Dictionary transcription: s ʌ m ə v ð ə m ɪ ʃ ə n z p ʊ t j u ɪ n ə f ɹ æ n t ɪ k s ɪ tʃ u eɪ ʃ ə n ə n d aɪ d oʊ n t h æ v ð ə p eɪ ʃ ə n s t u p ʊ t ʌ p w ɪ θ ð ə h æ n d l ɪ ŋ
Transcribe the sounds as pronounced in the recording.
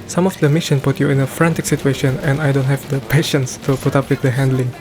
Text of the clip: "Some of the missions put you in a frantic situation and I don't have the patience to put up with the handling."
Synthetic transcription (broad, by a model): s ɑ m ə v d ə m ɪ ʃ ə n p ʊ t j u ɪ n ə f ɹ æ n t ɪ k s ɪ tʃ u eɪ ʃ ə n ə n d aɪ d oʊ n t h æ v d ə p eɪ ʃ ə n s t u p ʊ t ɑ p w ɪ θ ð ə h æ n d l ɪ ŋ